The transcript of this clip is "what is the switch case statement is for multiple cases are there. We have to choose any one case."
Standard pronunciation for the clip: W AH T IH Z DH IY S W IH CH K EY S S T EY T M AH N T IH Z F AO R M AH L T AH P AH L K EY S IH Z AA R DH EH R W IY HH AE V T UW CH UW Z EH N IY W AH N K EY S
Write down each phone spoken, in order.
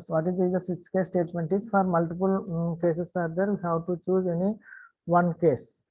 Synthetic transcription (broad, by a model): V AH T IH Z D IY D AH S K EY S S T EY T M AH N T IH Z F AO R M AH L T AH P AH L K EY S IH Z AA R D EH R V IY HH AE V T UW CH UW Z EH N IY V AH N K EY S